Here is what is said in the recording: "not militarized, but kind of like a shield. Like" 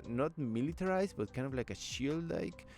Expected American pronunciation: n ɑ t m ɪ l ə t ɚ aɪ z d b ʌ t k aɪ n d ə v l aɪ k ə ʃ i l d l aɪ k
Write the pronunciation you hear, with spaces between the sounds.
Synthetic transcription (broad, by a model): n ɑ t m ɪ l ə t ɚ aɪ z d b ʌ t k aɪ n d ə v l aɪ k ə ʃ i l d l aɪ k